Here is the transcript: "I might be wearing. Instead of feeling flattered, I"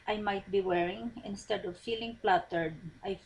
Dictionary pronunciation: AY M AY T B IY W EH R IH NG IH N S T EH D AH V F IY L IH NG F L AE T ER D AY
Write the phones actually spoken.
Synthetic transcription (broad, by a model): AY M AY T B IY W EH R IH NG IH N S T EH D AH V F IY L IH NG P L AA T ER D AY